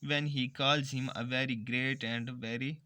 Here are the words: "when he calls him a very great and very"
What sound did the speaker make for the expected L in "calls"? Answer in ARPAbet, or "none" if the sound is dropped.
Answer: L